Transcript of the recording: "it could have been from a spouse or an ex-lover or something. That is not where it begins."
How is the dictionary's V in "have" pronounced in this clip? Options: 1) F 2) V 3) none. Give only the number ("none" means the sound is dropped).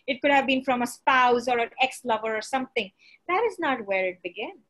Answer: 2